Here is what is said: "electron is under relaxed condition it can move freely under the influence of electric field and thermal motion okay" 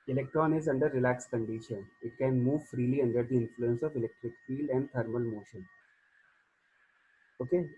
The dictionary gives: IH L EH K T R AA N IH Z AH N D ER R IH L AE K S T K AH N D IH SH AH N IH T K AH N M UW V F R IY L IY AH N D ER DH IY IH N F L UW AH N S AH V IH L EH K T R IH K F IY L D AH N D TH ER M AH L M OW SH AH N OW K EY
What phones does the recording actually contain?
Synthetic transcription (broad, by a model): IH L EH K T R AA N IH Z AH N D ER R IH L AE K S K AH N D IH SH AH N IH T K AH N M UW V F R IY L IY AH N D ER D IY IH N F L UW AH N S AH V IH L EH K T R IH K F IY L D AH N D T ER M AH L M OW SH AH N OW K EY